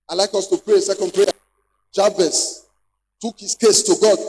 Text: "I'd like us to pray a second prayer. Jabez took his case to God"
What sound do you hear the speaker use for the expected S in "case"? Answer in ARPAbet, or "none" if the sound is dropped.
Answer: S